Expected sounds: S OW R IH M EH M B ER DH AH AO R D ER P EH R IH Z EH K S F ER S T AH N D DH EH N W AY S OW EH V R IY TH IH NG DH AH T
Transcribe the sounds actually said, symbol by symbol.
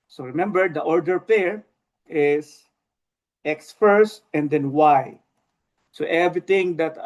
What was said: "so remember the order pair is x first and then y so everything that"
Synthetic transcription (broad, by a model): S OW R IH M EH M B ER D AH AO R D ER P EH R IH S EH K S F ER S T AH N D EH N W AY S OW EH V R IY T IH NG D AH T